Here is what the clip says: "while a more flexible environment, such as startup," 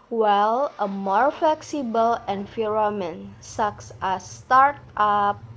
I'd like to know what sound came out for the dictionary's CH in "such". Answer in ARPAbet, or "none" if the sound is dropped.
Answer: S